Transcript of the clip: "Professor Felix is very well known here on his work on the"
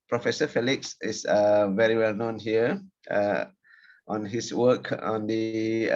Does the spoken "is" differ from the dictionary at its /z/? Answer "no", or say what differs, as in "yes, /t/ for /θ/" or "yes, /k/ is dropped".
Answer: yes, /s/ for /z/